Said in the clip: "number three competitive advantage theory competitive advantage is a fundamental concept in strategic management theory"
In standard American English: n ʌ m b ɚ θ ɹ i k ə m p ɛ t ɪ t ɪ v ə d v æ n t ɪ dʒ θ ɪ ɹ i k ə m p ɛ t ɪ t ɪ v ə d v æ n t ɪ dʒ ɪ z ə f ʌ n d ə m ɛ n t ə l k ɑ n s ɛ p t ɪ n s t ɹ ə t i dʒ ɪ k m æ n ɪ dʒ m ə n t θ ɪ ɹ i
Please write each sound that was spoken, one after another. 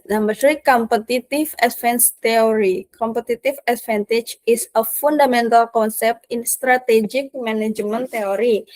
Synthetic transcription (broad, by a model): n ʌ m b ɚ s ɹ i k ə m p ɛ t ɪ t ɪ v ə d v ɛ n t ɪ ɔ ɹ i k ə m p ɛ t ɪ t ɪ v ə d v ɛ n t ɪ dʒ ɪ s ə f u n d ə m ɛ n t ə l k ɑ n s ɛ p t ɪ n s t ɹ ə t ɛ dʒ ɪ k m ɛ n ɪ dʒ m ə n t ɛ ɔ ɹ i